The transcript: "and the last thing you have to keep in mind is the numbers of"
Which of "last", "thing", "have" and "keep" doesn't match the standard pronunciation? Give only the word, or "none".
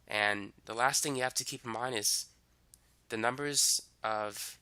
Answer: have